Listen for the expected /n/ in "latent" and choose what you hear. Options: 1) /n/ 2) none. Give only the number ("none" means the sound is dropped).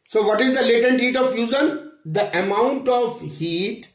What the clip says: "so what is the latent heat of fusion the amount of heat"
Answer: 1